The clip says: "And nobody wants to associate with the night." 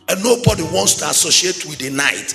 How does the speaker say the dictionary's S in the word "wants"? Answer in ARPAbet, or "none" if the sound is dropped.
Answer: S